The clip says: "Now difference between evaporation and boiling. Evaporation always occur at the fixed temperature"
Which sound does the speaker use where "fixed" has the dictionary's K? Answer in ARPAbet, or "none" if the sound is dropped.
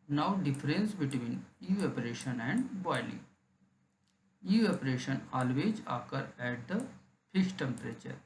none